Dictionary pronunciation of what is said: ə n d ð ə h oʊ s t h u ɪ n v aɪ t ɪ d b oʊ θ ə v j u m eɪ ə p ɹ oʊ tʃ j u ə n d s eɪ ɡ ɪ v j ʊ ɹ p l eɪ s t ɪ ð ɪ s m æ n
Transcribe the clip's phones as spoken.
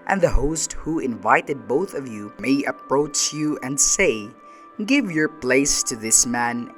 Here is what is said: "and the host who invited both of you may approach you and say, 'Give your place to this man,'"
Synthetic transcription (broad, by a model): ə n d ð ə h oʊ s t h u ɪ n v aɪ t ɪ d b oʊ θ ə v j u m eɪ ə p ɹ oʊ tʃ j u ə n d s eɪ ɡ ɪ v j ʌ ɹ p l eɪ s t ɪ ð ɪ s m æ n